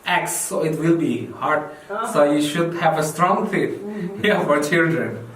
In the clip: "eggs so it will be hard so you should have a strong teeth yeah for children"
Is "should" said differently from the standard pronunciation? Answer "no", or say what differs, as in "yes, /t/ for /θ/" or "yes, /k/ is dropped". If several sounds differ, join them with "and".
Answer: no